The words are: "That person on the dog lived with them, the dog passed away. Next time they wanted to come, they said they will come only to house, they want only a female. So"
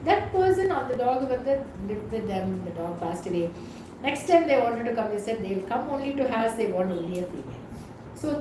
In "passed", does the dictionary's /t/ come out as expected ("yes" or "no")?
yes